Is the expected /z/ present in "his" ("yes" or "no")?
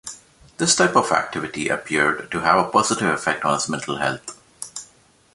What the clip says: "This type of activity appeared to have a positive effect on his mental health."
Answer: no